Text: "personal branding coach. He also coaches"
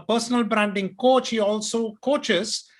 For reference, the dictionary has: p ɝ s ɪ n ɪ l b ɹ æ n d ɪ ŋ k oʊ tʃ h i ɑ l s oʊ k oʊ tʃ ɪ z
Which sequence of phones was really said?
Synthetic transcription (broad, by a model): p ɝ s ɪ n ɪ l b ɹ æ n d ɪ ŋ k oʊ tʃ h i ɑ l s oʊ k oʊ tʃ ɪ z